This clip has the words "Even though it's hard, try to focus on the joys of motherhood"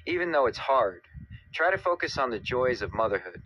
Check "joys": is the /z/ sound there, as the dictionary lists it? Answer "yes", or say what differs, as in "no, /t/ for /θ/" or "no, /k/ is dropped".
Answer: yes